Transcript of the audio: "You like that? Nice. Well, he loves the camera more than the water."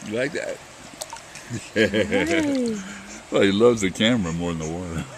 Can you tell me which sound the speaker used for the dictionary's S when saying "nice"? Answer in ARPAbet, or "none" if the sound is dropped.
none